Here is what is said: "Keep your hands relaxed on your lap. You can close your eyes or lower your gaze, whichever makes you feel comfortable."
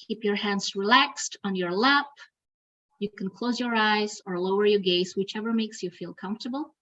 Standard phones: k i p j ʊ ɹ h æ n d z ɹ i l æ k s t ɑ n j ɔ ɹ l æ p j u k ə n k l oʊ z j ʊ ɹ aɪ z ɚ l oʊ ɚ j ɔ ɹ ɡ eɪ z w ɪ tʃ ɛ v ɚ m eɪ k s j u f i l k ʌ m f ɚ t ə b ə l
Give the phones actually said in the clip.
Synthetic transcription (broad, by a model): i p j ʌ ɹ h æ n d z ɹ i l æ k s t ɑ n j ɔ ɹ l æ p j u k ə n k l oʊ z j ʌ ɹ aɪ z ɚ l oʊ ɚ j ɔ ɹ ɡ eɪ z w ɪ tʃ ɛ v ɚ m eɪ k s j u f i l k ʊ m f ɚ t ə b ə l